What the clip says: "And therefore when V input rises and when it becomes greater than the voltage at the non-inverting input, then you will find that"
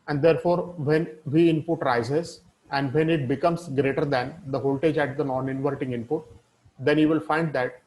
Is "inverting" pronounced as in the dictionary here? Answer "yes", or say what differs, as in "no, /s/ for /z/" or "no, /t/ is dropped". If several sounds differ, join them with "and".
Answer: yes